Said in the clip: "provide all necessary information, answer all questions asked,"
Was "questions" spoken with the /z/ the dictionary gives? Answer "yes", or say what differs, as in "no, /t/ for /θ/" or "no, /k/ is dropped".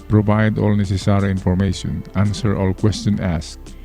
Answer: no, /z/ is dropped